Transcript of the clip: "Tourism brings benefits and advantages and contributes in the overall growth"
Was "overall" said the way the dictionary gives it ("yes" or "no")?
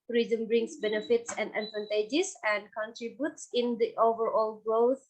yes